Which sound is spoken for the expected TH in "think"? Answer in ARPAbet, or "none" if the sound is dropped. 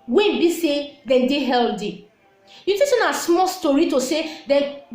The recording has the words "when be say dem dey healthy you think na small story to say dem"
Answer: T